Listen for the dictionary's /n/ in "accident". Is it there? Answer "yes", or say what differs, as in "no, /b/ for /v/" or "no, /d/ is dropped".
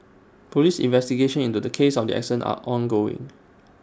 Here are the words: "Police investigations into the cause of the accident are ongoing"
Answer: no, /n/ is dropped